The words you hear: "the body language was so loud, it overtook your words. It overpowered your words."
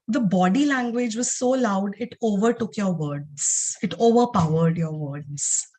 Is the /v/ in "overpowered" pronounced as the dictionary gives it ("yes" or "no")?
yes